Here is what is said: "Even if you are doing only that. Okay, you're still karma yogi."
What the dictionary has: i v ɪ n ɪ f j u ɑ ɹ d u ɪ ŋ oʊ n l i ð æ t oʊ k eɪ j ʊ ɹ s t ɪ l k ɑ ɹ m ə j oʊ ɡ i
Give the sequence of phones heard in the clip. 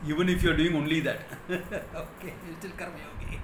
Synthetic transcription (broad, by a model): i v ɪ n ɪ f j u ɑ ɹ d u ɪ ŋ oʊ n l i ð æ t oʊ k eɪ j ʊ l s t ɪ l k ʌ ɹ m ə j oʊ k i